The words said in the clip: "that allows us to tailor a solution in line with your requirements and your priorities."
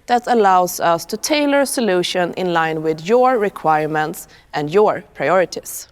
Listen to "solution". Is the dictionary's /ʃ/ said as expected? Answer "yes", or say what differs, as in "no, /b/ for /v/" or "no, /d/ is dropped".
yes